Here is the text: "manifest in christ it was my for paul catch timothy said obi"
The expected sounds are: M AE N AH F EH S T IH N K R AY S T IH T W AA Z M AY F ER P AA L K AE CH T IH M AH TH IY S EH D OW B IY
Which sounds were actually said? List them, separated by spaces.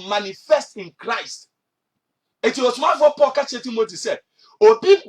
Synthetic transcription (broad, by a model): M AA N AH F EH S T IH N K R AY S T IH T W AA S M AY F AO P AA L K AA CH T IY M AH T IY S EH D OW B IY